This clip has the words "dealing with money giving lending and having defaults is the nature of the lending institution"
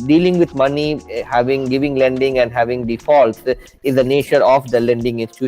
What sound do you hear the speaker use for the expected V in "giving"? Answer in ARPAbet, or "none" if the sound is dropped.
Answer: V